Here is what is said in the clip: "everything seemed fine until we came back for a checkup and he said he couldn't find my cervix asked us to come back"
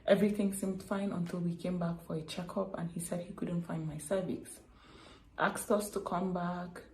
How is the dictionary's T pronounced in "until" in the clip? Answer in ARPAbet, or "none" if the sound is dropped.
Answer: T